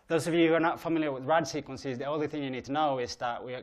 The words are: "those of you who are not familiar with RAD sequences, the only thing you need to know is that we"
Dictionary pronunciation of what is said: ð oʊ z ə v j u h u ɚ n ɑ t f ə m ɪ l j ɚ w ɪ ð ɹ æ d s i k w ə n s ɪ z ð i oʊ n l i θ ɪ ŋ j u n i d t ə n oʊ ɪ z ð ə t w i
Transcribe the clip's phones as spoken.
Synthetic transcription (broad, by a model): ð oʊ z ə v j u h u ɚ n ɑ t f ə m ɪ l j ɚ w ɪ ð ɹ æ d s i k w ə n s ɪ z ð i oʊ n l i θ ɪ ŋ j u n i d t ə n oʊ ɪ z ð ə t w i